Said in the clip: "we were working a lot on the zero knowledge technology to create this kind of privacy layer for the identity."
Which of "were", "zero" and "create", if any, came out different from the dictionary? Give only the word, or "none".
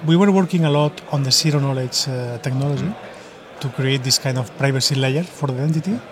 zero